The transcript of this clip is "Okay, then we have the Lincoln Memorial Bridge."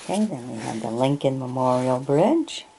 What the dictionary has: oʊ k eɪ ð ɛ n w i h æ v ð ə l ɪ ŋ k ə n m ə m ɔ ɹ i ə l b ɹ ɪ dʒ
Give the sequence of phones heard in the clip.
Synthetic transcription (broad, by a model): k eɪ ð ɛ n w i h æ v ð ə l ɪ ŋ k ə n m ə m ɔ ɹ i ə l b ɹ ɪ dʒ